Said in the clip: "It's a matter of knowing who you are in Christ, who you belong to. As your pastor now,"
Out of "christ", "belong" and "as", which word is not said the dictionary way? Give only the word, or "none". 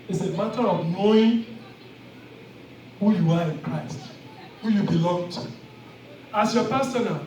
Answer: as